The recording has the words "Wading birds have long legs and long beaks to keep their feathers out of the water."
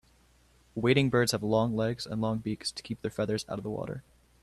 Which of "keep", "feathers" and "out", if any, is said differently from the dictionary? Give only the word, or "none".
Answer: none